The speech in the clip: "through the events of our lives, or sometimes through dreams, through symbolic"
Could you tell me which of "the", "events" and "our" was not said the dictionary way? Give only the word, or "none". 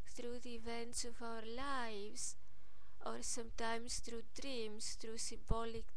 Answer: none